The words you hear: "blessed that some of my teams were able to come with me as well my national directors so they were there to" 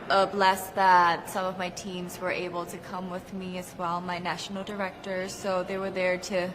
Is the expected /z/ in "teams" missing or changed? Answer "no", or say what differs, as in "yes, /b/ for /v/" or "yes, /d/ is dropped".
no